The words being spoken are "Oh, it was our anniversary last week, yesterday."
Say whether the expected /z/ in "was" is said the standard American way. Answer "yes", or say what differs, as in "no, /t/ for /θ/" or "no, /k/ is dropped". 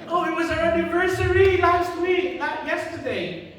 yes